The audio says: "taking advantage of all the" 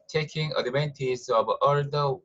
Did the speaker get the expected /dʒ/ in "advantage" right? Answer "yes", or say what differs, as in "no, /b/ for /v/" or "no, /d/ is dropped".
no, /z/ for /dʒ/